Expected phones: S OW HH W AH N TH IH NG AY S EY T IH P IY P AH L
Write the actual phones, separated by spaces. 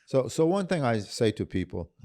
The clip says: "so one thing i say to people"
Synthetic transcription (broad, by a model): S OW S W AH N TH IH NG AY S EY T IH P IY P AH L